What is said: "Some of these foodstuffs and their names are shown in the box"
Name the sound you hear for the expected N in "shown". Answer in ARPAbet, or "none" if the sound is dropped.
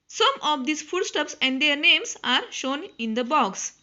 N